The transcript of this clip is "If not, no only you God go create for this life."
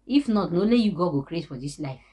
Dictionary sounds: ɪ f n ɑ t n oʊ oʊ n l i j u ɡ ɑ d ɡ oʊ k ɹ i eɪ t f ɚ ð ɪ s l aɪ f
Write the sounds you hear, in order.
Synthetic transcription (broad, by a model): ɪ f n ɑ t n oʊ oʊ l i j u ɡ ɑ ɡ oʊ k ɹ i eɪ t f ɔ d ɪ s l aɪ f